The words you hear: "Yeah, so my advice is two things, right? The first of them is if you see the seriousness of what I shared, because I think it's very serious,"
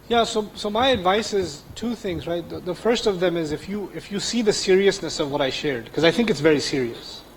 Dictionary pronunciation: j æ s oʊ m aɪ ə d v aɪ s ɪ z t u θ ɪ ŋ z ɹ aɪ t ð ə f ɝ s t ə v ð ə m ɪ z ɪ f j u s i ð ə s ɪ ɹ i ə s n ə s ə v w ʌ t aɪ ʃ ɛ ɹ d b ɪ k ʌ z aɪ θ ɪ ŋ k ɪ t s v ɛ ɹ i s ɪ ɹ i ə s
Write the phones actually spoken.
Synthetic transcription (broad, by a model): j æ s oʊ m aɪ ə d v aɪ s ɪ z t u θ ɪ ŋ z ɹ aɪ t ð ə f ɝ s t ə v ð ə m ɪ z ɪ f j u s i ð ə s ɪ ɹ i ə s n ə s ə v w ʌ t aɪ ʃ ɛ ɹ d k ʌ z aɪ θ ɪ ŋ k ɪ t s v ɛ ɹ i s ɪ ɹ i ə s